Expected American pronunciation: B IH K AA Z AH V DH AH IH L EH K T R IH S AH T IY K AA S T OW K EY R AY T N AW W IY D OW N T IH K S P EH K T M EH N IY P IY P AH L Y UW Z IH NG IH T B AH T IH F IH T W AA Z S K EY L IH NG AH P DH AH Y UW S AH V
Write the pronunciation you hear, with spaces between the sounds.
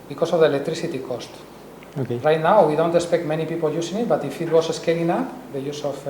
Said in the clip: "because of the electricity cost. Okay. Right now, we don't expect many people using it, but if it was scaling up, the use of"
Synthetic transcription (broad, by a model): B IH K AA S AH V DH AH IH L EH K T R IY S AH T IY K AA S T OW K EY R AY T N AW W IY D OW N T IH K S P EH K T M EH N IY P IY P AH L Y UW S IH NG IH T B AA T IH F IH T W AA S S K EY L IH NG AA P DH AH Y UW S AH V